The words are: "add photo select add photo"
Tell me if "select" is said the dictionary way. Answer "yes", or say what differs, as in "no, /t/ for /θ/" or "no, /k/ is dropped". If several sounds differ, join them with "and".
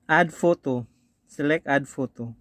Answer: no, /t/ is dropped